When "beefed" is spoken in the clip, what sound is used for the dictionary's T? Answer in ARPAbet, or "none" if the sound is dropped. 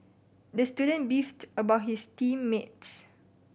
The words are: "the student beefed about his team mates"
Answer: T